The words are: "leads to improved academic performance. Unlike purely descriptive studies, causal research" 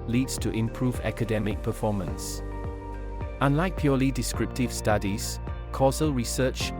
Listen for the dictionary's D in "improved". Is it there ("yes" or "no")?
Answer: no